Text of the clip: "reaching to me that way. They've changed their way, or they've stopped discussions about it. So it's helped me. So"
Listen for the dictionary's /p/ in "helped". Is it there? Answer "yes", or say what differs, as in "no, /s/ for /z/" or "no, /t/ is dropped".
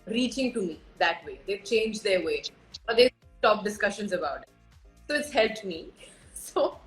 no, /p/ is dropped